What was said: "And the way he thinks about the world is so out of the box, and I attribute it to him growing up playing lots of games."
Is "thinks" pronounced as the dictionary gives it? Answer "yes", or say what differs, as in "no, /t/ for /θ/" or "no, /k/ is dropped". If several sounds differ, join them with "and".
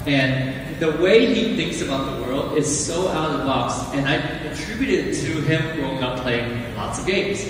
yes